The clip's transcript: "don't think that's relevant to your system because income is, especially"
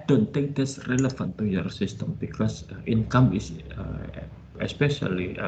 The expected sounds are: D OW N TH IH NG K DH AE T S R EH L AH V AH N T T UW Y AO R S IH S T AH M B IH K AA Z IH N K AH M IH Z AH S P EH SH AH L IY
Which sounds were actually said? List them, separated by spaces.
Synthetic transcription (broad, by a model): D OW N T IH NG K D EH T S R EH L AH F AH N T T UW Y AO R S IH S T AH M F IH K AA S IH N K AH M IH S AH S P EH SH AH L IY